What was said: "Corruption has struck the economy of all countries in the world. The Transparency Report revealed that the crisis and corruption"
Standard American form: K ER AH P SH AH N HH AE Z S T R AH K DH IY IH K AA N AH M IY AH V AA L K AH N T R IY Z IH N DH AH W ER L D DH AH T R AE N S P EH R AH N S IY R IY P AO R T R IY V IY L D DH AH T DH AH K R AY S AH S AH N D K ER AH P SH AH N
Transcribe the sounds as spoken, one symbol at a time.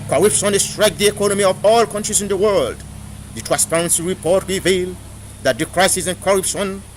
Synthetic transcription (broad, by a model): K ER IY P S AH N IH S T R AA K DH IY IH K AA N AH M IY AH V AA L K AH N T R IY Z IH N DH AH W ER L D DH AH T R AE N S P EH R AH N S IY R IY P AO R T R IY V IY L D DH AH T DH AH K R AY S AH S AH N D K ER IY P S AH N